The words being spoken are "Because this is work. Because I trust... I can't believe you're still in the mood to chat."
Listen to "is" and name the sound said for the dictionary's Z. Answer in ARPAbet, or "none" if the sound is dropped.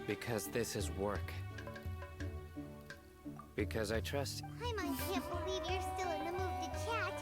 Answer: Z